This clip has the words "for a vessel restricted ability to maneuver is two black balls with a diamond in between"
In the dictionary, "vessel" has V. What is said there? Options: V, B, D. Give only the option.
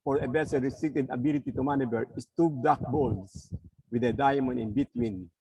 B